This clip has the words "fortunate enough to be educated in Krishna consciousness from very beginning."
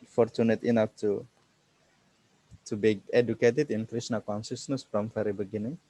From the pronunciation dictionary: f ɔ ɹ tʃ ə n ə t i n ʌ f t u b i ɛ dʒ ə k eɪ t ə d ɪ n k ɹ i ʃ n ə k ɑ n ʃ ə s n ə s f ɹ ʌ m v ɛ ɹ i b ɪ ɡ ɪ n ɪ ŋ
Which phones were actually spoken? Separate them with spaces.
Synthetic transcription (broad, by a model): f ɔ ɹ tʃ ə n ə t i n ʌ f t u b i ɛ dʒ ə k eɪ t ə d ɪ n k ɹ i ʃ n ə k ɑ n s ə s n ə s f ɹ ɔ m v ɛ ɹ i b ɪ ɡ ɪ n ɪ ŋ